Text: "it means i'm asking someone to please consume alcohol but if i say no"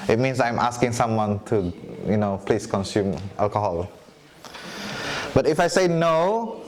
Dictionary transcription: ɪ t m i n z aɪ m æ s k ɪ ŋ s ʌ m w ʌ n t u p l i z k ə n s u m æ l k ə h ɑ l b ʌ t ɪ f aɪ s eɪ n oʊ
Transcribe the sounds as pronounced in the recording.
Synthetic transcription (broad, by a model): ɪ t m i n s aɪ m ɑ s k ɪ ŋ s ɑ m w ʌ n t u p l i s k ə n s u m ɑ l k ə h ɑ l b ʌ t ɪ f aɪ s eɪ n oʊ